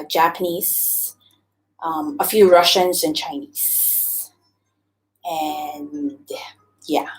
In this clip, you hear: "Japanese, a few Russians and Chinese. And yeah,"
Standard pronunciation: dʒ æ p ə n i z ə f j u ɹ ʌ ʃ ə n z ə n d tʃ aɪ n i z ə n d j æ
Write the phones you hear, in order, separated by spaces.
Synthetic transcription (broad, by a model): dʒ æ p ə n i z ə f j u ɹ ʌ ʃ ə n z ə n tʃ aɪ n i z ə n j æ